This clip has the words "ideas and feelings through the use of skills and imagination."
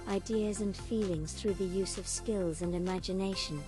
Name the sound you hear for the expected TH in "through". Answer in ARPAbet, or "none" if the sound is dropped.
TH